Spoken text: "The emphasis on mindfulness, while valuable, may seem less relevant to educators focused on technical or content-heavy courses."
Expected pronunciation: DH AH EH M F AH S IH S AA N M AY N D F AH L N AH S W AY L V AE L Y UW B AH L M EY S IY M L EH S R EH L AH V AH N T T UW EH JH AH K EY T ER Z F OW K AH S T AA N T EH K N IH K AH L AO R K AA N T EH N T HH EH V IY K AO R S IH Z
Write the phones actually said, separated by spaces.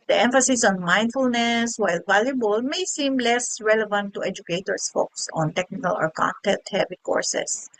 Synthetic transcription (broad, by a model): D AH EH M F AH S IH S AA N M AY N D F AH L N AH S W AY L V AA L Y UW B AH L M EY S IY M L EH S R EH L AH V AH N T T UW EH JH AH K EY T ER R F OW K S AA N T EH K N IH K AH L AO R K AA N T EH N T HH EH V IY K AO R S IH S